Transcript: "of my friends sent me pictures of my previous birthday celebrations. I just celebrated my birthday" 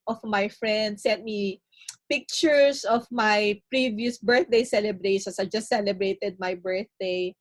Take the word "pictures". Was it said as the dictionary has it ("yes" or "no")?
no